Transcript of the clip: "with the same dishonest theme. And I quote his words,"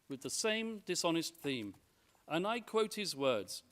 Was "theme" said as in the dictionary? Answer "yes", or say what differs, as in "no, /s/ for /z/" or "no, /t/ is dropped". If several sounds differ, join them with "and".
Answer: yes